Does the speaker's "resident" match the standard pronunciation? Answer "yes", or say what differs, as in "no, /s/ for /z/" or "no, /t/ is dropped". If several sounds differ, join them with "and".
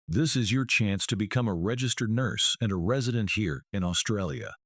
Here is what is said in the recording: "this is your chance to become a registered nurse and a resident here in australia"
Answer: yes